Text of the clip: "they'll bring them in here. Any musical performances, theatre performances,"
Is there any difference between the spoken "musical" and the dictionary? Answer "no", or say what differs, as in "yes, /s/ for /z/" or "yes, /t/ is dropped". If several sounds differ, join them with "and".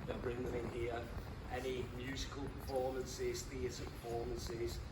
no